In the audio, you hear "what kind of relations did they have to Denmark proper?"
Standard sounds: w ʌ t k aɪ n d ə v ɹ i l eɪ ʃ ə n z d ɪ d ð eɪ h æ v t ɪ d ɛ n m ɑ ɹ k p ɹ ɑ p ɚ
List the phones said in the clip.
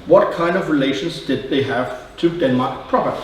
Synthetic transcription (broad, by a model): w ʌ t k aɪ n d ə v ɹ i l eɪ ʃ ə n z d ɪ d ð eɪ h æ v t ɪ d ɛ n m ɑ ɹ k p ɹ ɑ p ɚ